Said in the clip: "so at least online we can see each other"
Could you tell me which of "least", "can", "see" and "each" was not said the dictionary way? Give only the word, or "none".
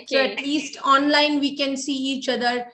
none